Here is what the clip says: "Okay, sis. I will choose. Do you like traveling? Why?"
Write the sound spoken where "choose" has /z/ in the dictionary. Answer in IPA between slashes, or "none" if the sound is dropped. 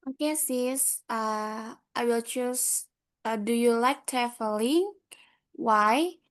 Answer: /s/